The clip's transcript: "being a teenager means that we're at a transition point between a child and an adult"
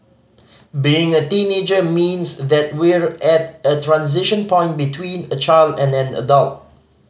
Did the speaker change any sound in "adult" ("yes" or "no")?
no